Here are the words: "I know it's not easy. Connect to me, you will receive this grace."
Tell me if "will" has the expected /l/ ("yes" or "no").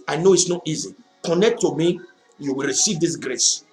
yes